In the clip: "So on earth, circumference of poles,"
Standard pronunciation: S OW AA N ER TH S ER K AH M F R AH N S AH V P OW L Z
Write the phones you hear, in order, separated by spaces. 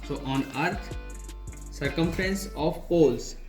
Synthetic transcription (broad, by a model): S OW AA N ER T S ER K AH M F R AH N S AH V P OW L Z